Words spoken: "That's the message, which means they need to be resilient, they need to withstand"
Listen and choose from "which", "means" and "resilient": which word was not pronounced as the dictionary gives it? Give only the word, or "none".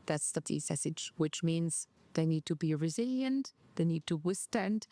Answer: none